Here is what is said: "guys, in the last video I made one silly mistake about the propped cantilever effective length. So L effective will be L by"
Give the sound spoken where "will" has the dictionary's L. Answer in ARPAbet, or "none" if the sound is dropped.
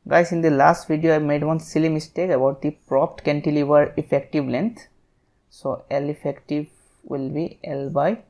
L